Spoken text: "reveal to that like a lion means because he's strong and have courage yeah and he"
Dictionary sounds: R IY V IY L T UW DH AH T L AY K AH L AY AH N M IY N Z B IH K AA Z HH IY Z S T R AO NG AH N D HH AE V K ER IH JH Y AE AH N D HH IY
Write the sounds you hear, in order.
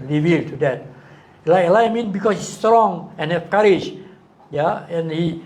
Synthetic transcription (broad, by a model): R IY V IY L T UW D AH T L AY K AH L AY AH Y M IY N B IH K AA S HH IY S S T R AO NG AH N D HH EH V K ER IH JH Y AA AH N HH IY